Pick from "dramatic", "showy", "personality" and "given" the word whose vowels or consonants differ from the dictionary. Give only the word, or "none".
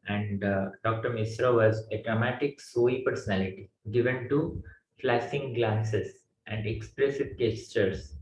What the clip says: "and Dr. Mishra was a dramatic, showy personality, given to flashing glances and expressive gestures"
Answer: showy